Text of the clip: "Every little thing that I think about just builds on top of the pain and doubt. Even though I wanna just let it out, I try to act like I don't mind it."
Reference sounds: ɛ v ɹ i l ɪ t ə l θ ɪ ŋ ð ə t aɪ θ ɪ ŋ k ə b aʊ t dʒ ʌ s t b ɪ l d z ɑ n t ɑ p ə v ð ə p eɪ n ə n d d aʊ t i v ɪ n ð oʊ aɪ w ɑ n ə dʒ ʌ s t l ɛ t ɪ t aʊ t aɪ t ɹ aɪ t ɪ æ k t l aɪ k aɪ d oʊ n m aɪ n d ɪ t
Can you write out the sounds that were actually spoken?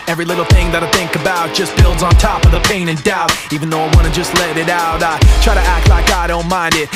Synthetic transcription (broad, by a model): ɛ v ɹ i l ɪ t l θ ɪ ŋ ð ə t aɪ θ ɪ ŋ k ə b aʊ t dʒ ʌ s b ɪ l d z n t ɑ p ə v ð ə p eɪ n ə n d d aʊ t i v ɪ n ð oʊ aɪ w ɑ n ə dʒ ʌ s t l ɛ t ɪ t aʊ t aɪ t ɹ aɪ t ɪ æ k t l aɪ k aɪ d oʊ n m aɪ n d ɪ t